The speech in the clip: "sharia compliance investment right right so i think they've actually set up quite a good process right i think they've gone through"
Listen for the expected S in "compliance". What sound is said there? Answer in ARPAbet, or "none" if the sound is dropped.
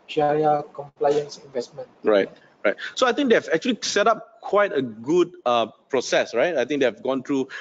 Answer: S